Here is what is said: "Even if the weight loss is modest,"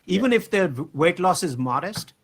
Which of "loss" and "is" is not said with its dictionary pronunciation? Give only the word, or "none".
none